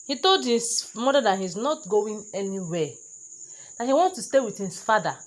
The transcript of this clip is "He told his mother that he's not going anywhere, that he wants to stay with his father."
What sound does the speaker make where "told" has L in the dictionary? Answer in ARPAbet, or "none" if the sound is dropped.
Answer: L